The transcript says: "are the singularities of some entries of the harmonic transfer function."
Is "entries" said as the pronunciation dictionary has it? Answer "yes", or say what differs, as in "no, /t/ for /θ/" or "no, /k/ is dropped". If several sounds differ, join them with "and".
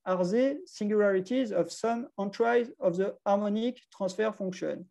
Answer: no, /n/ is dropped